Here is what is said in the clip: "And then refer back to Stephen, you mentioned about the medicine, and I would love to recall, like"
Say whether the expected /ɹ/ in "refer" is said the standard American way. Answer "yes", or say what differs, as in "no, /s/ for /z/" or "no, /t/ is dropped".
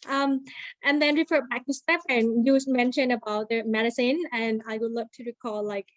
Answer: yes